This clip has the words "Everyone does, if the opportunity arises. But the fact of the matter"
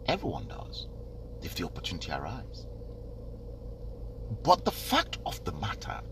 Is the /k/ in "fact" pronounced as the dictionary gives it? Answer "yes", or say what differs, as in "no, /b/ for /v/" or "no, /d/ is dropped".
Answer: yes